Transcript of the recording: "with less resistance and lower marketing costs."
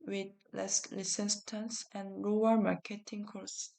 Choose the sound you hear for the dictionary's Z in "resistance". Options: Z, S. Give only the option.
S